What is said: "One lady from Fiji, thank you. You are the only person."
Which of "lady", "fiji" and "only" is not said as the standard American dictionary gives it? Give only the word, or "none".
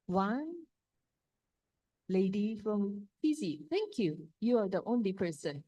fiji